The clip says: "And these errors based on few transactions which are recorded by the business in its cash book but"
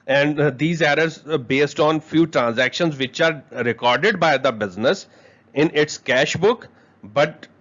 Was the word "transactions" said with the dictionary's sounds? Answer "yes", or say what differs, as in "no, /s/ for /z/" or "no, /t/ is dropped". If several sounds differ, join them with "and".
yes